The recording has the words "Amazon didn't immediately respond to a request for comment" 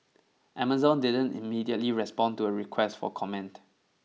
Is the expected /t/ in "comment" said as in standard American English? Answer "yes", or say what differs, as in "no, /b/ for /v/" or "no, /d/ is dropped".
yes